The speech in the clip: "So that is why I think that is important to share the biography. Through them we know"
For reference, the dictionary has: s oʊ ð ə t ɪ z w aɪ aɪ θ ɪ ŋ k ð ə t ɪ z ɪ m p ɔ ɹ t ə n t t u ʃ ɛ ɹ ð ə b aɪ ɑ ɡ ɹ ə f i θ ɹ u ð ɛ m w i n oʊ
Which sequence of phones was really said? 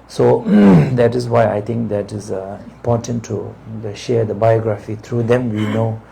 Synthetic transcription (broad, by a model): s oʊ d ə t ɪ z w aɪ aɪ t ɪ ŋ k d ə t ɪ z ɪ m p ɔ t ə n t t u ʃ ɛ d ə b aɪ ɑ ɡ ɹ ə f i t ɹ u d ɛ m w i n oʊ